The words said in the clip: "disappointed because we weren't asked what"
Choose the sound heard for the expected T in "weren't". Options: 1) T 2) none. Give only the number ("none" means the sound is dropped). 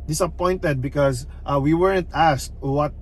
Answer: 1